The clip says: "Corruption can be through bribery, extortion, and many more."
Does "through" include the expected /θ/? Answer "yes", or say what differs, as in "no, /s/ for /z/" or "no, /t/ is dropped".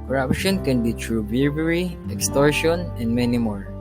no, /t/ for /θ/